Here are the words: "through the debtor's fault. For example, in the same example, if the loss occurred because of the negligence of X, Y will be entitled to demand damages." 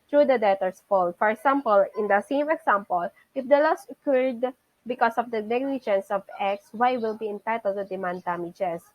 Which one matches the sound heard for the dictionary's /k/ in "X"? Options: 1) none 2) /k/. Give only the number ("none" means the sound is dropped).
2